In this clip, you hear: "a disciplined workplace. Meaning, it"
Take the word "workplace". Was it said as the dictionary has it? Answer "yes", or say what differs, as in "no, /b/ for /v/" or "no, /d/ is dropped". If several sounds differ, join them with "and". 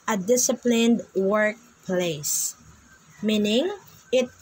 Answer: yes